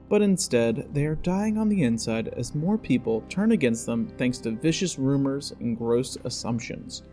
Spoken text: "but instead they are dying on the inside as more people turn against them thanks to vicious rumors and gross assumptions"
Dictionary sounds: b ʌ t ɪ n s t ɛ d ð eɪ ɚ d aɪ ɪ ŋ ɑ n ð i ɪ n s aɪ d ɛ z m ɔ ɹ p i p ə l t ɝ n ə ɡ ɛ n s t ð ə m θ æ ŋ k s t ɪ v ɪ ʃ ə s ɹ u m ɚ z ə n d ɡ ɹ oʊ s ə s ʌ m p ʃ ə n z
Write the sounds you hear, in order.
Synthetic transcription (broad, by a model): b ʌ t ɪ n s t ɛ d ð eɪ ɚ d aɪ ɪ ŋ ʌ n ð i ɪ n s aɪ d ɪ z m ɔ ɹ p i p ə l t ɝ n ə ɡ ɛ n s t ð ə m θ æ ŋ k s t ɪ v ɪ ʃ ə s ɹ u m ɚ z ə n ɡ ɹ oʊ s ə s ʌ m p ʃ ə n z